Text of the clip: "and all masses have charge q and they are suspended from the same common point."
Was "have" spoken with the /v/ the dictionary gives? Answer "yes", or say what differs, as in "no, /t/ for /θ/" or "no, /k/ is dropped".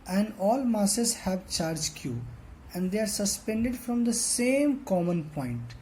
yes